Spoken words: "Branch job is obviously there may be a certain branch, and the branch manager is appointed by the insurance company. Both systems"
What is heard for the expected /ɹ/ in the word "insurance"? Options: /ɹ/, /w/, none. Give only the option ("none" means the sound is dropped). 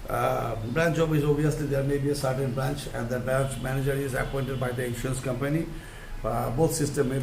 none